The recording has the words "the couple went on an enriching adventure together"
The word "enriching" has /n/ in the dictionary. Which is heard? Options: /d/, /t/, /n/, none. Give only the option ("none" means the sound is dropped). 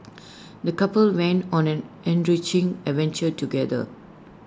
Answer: /n/